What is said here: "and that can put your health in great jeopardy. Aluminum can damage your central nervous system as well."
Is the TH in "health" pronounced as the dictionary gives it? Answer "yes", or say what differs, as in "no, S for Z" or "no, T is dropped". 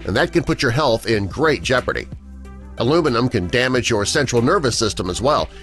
yes